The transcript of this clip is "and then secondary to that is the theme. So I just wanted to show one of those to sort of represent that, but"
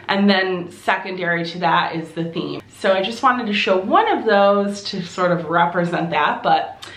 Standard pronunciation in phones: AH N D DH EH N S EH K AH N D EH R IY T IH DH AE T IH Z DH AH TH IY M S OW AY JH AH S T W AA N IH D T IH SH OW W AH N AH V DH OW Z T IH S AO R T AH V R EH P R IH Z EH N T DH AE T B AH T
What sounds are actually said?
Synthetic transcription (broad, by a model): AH N DH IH N S EH K AH N D EH R IY T IH DH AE T IH Z DH AH TH IY M S OW AY JH AH S T W AA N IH D T IH SH OW W AH N AH V DH OW Z T IH S AO R T AH V R EH P R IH Z EH N DH AE T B AH T